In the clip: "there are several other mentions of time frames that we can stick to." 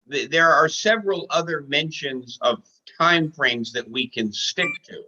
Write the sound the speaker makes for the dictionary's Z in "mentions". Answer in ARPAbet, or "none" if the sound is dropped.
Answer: Z